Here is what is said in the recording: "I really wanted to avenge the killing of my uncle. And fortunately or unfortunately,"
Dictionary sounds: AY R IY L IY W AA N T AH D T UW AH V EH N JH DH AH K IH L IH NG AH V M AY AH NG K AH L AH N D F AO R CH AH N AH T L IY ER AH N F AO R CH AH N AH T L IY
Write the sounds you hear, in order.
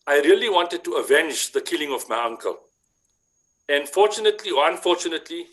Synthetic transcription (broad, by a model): AY R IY L IY W AA N T AH D T UW AH V EH N JH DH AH K IH L IH NG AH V M AY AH NG K AH L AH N F AO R CH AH N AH T L IY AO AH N F AO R CH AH N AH T L IY